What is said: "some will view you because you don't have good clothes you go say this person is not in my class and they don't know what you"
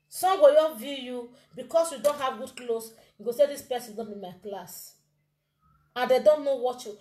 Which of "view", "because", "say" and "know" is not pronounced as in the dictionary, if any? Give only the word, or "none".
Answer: because